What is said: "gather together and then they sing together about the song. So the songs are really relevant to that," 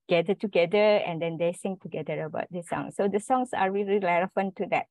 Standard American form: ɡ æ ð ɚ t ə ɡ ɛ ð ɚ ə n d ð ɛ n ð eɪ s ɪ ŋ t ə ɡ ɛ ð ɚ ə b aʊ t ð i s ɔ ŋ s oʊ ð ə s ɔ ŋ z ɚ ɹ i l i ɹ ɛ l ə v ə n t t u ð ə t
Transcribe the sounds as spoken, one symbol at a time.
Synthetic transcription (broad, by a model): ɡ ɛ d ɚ t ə ɡ ɛ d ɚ ə n d ɛ n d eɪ s ɪ ŋ t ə ɡ ɛ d ɚ ə b aʊ t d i s ɔ ŋ s oʊ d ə s ɔ ŋ s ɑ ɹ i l i l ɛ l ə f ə n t t u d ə t